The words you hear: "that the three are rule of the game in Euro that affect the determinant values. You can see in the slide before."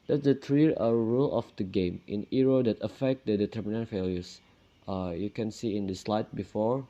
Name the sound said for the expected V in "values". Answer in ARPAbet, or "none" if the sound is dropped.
F